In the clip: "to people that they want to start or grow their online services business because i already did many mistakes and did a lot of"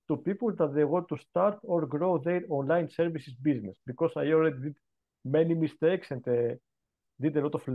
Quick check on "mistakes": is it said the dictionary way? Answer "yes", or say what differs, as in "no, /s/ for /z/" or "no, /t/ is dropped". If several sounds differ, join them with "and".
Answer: yes